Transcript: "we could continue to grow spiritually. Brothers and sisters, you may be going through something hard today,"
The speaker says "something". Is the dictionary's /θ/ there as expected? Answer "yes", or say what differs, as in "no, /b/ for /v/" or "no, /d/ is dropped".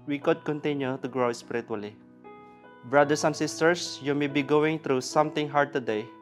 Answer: no, /t/ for /θ/